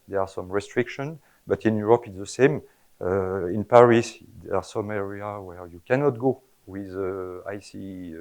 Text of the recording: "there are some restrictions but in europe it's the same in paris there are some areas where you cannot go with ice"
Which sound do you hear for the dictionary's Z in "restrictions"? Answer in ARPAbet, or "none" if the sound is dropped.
none